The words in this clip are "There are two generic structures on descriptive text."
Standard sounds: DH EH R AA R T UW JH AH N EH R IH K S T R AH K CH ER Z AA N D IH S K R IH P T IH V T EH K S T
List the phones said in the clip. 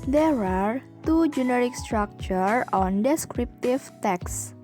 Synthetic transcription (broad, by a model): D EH R AA R T UW JH AH N EH R IH K S T R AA K CH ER AA N D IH S K R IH P T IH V T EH K S